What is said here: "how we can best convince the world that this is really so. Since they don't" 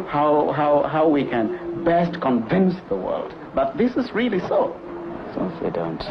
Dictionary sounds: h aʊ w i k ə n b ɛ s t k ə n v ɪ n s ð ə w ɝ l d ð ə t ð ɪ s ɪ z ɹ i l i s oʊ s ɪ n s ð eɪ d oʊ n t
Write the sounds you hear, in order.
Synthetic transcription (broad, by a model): h aʊ w i k ə n b ɛ s t k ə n v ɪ n s ð ə w ɝ l d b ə t ð ɪ s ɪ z ɹ i l i s oʊ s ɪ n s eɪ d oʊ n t